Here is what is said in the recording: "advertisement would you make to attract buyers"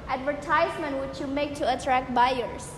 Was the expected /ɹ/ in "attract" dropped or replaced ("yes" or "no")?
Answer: no